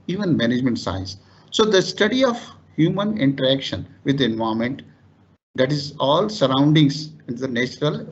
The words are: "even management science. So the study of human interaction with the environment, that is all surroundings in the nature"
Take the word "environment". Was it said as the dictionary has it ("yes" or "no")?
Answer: no